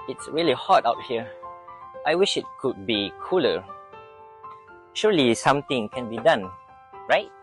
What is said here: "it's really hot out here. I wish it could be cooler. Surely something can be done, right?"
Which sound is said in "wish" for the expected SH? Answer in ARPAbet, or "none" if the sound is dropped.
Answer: SH